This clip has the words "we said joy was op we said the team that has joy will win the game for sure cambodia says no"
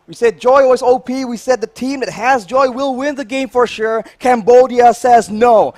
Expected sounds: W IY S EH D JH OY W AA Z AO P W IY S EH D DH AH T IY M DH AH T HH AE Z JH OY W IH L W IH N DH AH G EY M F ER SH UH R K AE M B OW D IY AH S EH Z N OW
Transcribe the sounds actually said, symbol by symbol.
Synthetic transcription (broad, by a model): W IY S EH D JH OY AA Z AO P W IY S EH D DH AH T IY M DH AH T HH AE Z JH OY W IH L W IH N DH AH G EY M F ER SH UH R K AE M B OW D IY AH S EH Z N OW